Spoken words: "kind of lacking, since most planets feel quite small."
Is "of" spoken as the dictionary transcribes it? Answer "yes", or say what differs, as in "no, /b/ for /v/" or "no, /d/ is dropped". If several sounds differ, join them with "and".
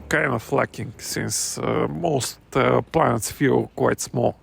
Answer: no, /f/ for /v/